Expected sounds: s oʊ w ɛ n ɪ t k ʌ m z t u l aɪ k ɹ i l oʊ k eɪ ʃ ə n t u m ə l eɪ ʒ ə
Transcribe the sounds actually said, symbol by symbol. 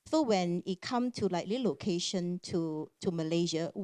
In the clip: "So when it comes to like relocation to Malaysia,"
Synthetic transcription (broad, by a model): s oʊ w ɛ n ɪ t k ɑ m t u l aɪ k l i l oʊ k eɪ ʃ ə n t u m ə l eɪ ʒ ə